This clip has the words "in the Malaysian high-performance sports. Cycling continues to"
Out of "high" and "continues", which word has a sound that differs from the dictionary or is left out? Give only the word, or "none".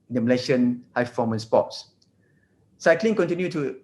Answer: continues